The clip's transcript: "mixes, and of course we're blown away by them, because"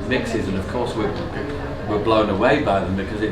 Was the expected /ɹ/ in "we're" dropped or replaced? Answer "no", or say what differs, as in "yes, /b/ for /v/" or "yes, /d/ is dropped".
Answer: yes, /w/ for /ɹ/